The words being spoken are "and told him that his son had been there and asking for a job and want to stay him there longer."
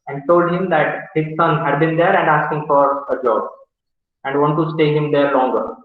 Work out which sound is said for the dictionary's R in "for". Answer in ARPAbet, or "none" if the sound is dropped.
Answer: R